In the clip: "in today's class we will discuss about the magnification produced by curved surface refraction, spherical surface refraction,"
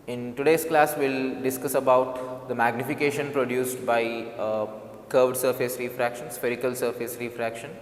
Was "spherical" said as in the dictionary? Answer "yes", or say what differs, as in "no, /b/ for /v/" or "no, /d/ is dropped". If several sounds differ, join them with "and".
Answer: yes